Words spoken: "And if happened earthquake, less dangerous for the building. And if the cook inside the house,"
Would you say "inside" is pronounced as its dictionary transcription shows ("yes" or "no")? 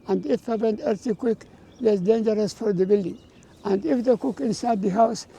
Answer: yes